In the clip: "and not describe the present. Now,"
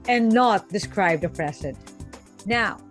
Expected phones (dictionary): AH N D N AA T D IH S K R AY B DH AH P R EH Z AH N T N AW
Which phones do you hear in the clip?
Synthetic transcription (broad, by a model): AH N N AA T D IH S K R AY B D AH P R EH S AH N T N AW